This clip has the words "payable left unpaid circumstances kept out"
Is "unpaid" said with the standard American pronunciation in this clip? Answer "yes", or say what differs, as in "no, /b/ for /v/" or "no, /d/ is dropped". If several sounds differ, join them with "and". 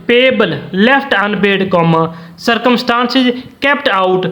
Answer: no, /b/ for /p/